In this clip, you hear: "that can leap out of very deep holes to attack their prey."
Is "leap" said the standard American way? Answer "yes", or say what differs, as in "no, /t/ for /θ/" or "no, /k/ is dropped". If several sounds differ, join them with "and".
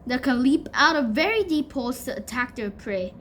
yes